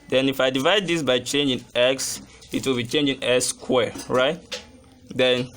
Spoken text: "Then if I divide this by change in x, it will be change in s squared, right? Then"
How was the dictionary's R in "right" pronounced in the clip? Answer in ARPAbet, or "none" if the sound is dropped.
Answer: R